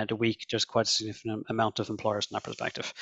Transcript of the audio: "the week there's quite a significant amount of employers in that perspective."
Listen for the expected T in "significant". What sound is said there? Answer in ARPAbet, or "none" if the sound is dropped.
none